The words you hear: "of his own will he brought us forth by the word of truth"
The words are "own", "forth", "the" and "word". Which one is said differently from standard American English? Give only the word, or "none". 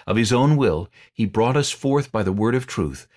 none